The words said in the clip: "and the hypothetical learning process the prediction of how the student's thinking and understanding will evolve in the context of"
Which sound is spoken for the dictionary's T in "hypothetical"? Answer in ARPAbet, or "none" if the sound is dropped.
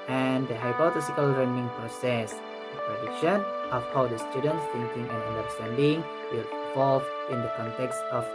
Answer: S